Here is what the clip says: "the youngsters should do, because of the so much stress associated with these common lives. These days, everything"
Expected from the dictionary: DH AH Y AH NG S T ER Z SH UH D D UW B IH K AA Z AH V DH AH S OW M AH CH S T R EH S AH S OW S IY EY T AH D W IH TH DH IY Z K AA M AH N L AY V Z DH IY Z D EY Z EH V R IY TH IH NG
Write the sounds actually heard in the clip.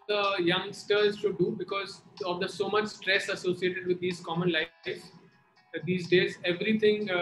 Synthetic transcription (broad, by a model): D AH Y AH NG S T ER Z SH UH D D UW B IH K AA Z AH V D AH S OW M AH CH S T R EH S AH S OW S IY EY T AH D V IH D IY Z K AA M AH N L AY Z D IY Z D EY Z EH V R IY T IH NG